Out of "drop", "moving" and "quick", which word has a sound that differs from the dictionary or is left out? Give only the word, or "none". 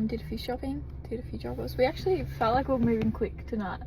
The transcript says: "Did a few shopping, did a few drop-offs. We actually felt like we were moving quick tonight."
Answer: drop